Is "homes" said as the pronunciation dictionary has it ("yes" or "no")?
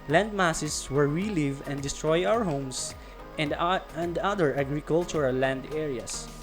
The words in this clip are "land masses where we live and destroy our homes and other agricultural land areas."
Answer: no